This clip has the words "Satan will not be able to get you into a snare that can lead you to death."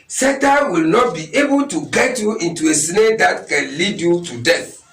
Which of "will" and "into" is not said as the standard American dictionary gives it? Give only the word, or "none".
none